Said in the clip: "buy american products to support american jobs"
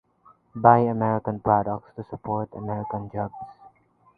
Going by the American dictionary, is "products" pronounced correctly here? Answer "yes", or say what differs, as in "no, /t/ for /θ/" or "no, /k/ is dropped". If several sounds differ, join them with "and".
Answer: yes